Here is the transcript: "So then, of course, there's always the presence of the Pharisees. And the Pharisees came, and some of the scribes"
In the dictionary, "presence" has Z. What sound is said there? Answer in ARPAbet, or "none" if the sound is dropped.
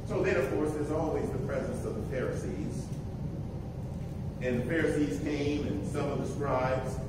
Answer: Z